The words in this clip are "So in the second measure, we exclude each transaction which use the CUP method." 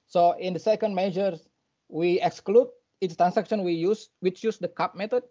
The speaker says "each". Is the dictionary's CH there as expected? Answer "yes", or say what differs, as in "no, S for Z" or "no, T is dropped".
no, S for CH